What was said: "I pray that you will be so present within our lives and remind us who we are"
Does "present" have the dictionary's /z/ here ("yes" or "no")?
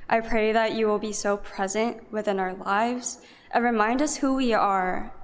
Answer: yes